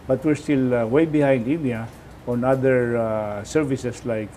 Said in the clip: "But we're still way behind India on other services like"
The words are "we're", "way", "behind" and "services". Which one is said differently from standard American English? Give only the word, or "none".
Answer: services